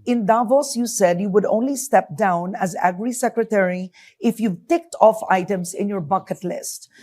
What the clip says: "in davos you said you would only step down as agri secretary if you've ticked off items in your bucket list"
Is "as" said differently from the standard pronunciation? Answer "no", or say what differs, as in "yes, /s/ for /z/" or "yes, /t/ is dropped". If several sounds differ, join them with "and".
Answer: no